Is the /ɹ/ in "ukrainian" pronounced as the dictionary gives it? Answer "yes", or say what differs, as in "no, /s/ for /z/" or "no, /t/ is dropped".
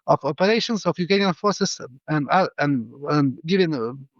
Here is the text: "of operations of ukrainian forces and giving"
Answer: no, /ɹ/ is dropped